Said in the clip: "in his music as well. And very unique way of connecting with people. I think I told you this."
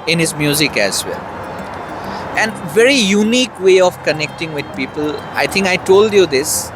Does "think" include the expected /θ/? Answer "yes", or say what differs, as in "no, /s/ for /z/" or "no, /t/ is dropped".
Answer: no, /t/ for /θ/